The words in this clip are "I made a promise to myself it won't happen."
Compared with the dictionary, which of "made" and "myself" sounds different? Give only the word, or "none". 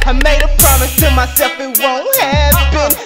none